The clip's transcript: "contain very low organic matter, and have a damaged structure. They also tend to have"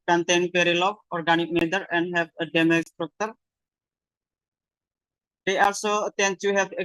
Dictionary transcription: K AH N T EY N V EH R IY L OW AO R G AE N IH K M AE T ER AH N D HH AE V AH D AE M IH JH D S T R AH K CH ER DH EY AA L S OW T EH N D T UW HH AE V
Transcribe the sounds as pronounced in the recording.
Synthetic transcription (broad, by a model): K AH N T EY N P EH R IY L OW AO R G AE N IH K M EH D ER AH N D HH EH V AH D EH M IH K S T R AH K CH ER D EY AA L S OW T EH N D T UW HH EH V